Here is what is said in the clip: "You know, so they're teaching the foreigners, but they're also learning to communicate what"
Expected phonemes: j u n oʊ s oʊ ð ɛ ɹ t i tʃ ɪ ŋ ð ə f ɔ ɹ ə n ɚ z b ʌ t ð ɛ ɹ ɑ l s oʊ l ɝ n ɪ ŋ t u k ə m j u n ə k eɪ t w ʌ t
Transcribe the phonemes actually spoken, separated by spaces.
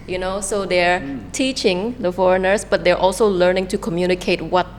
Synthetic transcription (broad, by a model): j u n oʊ s oʊ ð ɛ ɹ t i tʃ ɪ ŋ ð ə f ɔ ɹ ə n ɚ s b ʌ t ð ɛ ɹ ɑ l s oʊ l ɝ n ɪ ŋ t u k ə m j u n ə k eɪ t w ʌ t